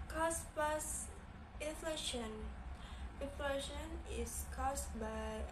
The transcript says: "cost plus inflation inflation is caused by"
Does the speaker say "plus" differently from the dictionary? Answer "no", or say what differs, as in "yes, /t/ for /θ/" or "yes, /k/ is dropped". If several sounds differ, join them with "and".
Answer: yes, /l/ is dropped